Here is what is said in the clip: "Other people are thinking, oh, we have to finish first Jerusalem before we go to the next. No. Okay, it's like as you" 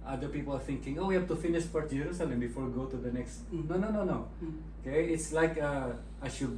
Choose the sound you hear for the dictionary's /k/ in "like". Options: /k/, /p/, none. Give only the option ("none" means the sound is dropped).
/k/